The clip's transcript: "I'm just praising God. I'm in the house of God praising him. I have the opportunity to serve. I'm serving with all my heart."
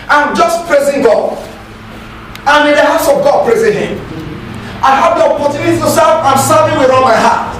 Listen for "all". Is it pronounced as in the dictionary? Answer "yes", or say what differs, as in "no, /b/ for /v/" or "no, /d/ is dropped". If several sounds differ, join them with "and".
no, /n/ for /l/